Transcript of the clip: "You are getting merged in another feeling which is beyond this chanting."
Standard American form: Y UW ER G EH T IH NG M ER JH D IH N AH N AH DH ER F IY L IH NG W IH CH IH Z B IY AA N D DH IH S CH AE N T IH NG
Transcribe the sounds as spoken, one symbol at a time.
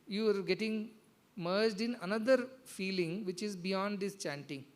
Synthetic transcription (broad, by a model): Y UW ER G EH T IH NG M ER JH D IH N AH N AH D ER F IY L IH NG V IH CH IH Z B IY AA N D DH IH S CH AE N T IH NG